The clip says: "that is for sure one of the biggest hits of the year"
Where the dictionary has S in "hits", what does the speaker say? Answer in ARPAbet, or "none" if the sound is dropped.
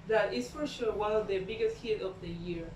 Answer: none